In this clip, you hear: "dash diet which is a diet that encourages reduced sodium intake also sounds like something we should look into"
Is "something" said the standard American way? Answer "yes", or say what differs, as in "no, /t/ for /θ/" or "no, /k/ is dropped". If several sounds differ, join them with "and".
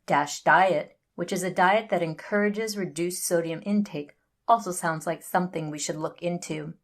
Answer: yes